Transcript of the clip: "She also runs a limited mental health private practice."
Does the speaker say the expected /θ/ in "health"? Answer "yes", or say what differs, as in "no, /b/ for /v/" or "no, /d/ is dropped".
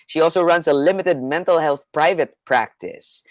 yes